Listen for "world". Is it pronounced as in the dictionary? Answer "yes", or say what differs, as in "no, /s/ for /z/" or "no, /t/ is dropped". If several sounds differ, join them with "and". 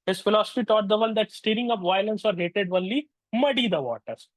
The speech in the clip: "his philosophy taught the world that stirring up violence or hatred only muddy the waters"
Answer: no, /n/ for /l/